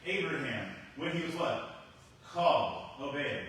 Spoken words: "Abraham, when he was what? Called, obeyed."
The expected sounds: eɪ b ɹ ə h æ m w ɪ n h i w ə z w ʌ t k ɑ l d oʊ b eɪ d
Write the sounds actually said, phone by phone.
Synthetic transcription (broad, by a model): eɪ b ɹ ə h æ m w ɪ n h i w ə z w ʌ t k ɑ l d oʊ b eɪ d